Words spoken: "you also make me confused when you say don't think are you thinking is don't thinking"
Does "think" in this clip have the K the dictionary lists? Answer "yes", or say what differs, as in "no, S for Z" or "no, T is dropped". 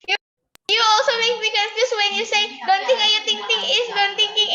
no, K is dropped